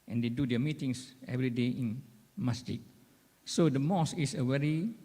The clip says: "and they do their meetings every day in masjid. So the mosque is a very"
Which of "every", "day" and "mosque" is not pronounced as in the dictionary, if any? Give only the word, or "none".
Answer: mosque